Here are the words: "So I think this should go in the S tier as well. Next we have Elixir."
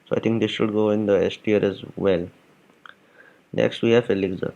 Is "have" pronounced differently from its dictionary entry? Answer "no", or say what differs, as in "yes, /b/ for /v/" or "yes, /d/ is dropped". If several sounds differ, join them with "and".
yes, /f/ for /v/